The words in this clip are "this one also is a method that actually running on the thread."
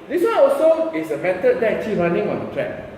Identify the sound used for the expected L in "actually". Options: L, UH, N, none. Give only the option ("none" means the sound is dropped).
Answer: none